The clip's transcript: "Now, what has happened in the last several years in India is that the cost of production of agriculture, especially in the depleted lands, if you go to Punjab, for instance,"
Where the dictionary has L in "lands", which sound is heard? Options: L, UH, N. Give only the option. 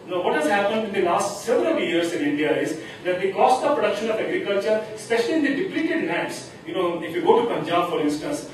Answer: N